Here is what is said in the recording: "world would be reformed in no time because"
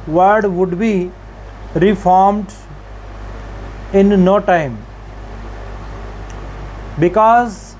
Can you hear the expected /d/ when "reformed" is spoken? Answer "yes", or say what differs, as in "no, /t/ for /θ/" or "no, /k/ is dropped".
yes